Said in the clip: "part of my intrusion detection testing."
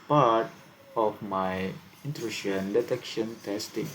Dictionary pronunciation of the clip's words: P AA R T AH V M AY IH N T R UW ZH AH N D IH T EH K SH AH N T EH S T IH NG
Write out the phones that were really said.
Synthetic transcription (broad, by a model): P AA R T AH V M AY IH N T R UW SH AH N D IH T EH K SH AH N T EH S T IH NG